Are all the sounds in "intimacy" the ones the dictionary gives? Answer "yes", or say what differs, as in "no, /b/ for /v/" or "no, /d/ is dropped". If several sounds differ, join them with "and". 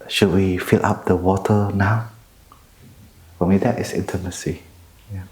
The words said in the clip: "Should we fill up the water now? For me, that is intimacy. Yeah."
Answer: yes